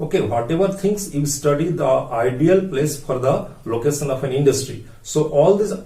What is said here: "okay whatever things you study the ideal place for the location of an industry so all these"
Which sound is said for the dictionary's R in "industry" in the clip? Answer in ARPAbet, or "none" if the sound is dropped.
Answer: R